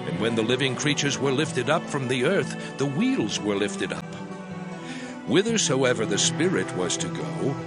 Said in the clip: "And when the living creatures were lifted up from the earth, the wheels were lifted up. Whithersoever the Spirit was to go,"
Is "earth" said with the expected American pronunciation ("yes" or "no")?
yes